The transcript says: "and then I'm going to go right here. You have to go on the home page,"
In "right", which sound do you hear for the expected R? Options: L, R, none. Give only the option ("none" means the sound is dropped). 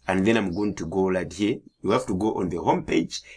L